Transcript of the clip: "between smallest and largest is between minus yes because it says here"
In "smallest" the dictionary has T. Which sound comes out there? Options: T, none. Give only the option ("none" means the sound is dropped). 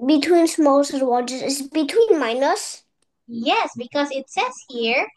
none